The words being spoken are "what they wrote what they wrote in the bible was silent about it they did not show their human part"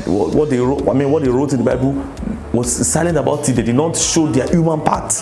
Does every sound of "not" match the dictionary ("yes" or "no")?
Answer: yes